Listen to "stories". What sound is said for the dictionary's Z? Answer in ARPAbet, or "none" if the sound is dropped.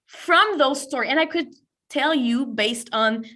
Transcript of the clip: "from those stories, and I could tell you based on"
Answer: none